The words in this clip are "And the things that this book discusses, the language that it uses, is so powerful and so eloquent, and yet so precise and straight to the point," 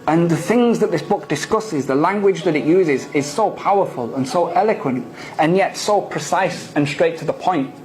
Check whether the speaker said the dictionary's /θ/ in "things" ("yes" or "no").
yes